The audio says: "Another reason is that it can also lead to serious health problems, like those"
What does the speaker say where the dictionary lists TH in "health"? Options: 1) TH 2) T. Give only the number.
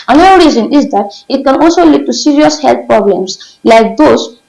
2